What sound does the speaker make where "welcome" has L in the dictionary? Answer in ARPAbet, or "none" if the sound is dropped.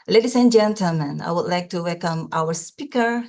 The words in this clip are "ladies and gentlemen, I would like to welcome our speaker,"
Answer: L